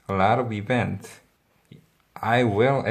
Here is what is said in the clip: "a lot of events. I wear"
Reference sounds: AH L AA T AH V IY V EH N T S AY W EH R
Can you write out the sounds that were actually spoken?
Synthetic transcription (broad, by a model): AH L AA T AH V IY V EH N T AY W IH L